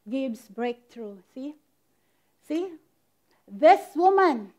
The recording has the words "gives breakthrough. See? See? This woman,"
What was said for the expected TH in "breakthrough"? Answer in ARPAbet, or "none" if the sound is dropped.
T